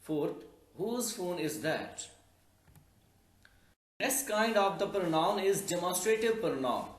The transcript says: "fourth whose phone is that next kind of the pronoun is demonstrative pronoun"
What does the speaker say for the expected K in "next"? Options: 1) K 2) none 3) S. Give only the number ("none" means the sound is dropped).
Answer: 2